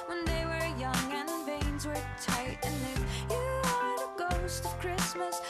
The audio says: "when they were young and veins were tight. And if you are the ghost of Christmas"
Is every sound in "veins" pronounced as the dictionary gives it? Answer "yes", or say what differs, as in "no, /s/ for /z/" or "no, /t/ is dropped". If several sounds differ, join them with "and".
yes